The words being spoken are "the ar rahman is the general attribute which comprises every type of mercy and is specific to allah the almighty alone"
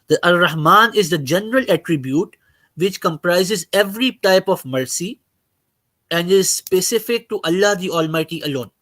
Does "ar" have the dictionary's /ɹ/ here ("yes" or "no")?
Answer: no